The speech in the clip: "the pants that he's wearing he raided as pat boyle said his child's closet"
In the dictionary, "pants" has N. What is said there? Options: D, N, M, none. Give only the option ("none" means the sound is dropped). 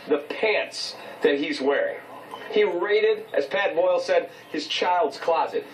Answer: N